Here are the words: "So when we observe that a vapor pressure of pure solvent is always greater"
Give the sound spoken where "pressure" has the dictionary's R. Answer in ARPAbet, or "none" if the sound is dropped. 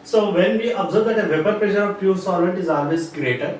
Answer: L